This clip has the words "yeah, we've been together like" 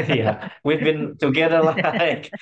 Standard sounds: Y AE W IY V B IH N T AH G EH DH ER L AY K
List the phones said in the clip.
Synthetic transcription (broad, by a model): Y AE W IY V B IH N T AH G EH DH ER L AY K